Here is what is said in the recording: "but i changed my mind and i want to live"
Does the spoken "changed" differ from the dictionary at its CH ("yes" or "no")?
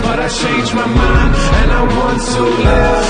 yes